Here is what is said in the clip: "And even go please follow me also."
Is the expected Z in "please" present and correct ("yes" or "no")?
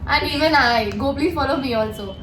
no